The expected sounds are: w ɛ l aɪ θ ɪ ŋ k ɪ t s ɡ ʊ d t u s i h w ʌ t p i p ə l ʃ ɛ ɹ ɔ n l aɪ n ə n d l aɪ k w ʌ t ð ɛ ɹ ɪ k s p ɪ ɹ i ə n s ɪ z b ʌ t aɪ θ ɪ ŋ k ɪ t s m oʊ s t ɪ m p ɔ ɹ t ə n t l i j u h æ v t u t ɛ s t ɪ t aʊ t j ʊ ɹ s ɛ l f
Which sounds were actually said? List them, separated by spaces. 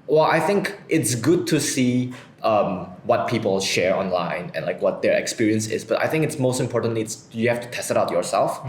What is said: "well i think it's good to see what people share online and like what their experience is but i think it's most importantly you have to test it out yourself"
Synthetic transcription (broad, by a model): w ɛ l aɪ θ ɪ ŋ k ɪ t s ɡ ʊ d t u s i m w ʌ t p i p ə l ʃ ɛ ɹ ɔ n l aɪ n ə n l aɪ k w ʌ t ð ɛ ɹ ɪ k s p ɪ ɹ i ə n s ɪ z b ʌ t aɪ θ ɪ ŋ k ɪ t s m oʊ s t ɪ m p ɔ ɹ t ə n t l i j u h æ f t u t ɛ s t ɪ t aʊ t j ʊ ɹ s ɛ l f